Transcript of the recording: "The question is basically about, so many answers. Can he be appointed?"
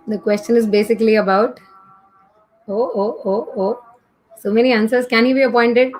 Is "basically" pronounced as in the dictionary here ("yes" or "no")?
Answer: yes